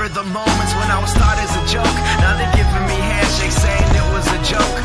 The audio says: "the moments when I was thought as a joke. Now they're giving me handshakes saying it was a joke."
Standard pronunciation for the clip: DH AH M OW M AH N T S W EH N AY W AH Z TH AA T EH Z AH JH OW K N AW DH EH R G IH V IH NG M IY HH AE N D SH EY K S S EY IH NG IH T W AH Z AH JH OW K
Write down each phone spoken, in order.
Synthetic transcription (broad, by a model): DH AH M OW M AH N T S W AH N AY W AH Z T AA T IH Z AH JH OW K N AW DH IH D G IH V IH M IY HH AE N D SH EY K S S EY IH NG IH T W AH Z AH JH OW K